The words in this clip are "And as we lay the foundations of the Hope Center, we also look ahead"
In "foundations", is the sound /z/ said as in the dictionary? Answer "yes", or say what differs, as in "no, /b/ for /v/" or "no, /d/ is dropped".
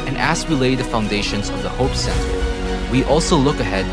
yes